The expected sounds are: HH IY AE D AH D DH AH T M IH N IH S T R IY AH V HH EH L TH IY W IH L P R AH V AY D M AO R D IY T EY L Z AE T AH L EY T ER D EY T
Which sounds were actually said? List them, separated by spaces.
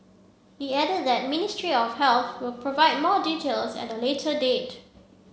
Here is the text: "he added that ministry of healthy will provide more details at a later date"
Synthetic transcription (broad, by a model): HH IY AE D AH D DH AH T M IH N IH S T R IY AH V HH EH L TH W IH L P R AH V AY D M AO D IY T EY L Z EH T AH L EY T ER D EY T